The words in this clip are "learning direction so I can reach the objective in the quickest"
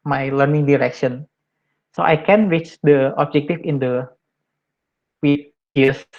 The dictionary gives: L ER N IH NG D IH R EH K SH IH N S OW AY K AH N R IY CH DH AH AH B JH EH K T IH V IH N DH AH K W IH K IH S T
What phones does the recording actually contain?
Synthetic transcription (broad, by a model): L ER N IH NG D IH R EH K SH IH N S OW AY K AH N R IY CH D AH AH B JH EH K T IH F IH N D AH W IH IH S